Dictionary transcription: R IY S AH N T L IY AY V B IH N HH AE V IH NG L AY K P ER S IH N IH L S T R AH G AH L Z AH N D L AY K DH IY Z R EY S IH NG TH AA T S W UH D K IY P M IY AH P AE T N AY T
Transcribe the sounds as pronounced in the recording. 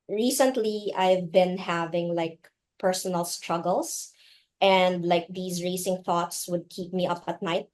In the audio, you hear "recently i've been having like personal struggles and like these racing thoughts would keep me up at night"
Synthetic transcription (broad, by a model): R IY S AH N T L IY AY V B IH N HH AE V IH NG L AY K P ER S IH N IH L S T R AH G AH L S AH N D L AY K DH IY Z R EY S IH NG TH AA T S W UH D K IY P M IY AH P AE T N AY T